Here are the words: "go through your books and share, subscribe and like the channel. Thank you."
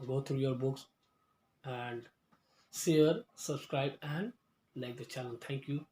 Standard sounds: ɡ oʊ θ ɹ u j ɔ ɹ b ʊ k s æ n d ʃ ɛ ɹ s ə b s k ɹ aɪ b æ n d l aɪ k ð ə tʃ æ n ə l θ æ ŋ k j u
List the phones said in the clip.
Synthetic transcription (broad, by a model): ɡ oʊ t ɹ u j ɔ ɹ b ʊ k s æ n d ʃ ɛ ɹ s ə b s k ɹ aɪ b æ n d l aɪ k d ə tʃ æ l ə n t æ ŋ k j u